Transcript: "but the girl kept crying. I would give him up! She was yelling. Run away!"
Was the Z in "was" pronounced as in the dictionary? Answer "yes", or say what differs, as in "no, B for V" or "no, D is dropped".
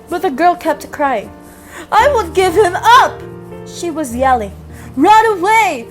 yes